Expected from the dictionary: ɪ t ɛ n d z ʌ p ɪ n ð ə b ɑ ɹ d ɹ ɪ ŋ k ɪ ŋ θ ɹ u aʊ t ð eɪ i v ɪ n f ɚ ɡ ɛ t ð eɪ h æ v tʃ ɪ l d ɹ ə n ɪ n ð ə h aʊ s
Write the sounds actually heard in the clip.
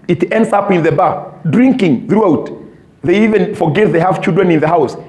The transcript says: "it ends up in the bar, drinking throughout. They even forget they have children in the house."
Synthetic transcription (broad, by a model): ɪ t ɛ n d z ʌ p ɪ n ð ə b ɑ d ɹ ɪ ŋ k ɪ ŋ θ ɹ u aʊ t ð eɪ i v ɪ n f ɚ ɡ ɛ t ð eɪ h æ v tʃ ɪ l d ɹ ə n ɪ n ð ə h aʊ s